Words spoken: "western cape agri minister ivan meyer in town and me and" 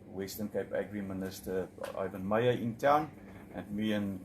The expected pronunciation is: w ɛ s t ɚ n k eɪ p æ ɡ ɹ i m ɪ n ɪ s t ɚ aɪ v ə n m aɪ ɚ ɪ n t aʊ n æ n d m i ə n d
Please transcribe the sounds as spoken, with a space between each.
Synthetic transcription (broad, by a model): w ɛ s t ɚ n k eɪ p æ ɡ ɹ i m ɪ n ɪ s t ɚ aɪ v ə n m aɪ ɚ ɪ n t aʊ n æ n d m i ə n